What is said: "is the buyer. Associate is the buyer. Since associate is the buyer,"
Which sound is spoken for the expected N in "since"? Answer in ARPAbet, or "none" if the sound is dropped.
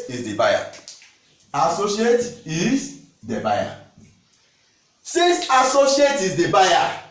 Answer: none